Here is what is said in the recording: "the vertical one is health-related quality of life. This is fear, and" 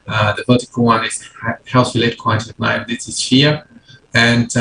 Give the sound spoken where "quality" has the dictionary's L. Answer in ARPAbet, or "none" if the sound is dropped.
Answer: none